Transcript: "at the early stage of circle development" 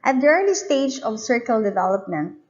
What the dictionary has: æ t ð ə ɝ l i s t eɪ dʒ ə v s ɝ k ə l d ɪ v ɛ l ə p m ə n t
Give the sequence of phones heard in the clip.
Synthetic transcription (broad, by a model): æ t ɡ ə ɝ n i s t eɪ dʒ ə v s ɝ k ə l d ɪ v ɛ l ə p m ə n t